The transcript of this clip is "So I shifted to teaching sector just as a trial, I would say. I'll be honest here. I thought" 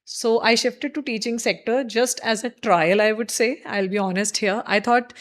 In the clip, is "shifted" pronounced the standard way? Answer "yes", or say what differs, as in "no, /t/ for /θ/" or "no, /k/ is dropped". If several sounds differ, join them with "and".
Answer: yes